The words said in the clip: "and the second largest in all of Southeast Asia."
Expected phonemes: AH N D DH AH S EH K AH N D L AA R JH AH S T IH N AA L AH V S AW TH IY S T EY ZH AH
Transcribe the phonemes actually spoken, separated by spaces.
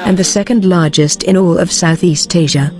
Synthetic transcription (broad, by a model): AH N DH AH S EH K AH N D L AA R JH AH S T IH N AA L AH V S AW TH IY S T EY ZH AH